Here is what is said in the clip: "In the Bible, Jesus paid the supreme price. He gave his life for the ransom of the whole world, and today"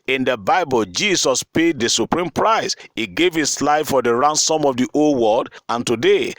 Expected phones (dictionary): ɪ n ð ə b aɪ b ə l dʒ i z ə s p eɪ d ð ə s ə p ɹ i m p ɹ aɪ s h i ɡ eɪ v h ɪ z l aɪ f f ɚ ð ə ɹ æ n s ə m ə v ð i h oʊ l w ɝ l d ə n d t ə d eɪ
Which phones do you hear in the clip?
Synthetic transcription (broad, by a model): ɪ n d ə b aɪ b ə l dʒ i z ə s p eɪ d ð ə s ə p ɹ i m p ɹ aɪ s h i ɡ eɪ v h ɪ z l aɪ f f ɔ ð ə ɹ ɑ n s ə m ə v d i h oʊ l w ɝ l d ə n t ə d eɪ